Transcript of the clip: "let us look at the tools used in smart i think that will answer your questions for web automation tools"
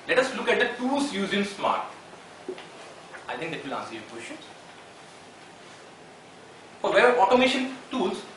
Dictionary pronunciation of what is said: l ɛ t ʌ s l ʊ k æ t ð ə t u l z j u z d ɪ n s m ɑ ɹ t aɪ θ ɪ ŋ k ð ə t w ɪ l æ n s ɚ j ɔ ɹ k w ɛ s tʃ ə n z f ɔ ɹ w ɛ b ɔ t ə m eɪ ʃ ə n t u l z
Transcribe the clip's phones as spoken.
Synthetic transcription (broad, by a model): l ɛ t ʌ s l ʊ k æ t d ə t u l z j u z ɪ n s m ɑ ɹ t aɪ t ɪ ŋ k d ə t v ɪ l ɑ n s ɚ j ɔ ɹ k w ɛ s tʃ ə n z f ɔ ɹ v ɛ ɔ t ə m eɪ ʃ ə n t u l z